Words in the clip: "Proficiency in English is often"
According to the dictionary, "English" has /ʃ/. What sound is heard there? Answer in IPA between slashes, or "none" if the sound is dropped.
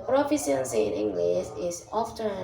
/s/